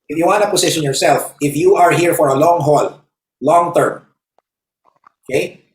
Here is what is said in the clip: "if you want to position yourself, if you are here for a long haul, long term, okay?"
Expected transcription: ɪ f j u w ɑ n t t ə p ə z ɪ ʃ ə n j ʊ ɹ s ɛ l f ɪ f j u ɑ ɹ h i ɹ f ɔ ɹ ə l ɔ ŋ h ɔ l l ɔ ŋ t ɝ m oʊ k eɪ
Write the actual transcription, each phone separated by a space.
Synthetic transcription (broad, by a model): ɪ f j u w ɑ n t t ə p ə s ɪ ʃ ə n j ʊ ɹ s ɛ l f ɪ f j u ɑ ɹ h i ɹ f ɔ ɹ ə l ɔ ŋ h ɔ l l ɔ ŋ t ɝ m oʊ k eɪ